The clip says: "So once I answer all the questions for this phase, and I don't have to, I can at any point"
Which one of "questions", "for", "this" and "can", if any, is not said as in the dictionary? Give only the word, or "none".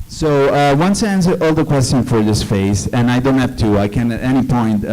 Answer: questions